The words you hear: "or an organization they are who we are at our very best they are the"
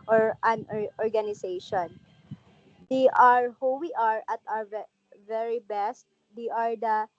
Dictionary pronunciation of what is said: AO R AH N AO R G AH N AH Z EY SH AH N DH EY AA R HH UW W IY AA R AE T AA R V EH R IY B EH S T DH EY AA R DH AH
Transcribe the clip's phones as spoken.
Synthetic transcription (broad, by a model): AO R AH N AO R G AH N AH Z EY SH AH N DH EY AA R HH UW W IY AA R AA T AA W V EH R IY B EH S T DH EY AA R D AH